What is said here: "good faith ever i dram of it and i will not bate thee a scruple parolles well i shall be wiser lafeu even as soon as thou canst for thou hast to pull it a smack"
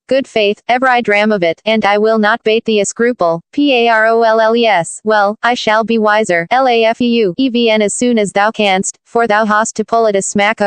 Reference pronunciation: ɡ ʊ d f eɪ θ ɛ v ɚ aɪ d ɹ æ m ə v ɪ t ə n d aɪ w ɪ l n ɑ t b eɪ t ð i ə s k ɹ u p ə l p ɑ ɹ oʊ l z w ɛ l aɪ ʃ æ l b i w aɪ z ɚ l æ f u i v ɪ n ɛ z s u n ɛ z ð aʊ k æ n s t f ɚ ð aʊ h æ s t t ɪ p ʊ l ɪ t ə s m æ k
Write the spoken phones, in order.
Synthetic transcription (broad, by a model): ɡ ʊ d f eɪ θ ɛ v ɚ aɪ d ɹ æ m ə v ɪ t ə n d aɪ w ɪ l n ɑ t b eɪ t ð i ə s k ɹ u p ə l p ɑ ɹ oʊ l s w ɛ l aɪ ʃ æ l b i w aɪ z ɚ l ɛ f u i v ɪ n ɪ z s u n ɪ z ð aʊ k æ n s t f ɚ ð aʊ h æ s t t ɪ p ʊ l ɪ t ə s m æ k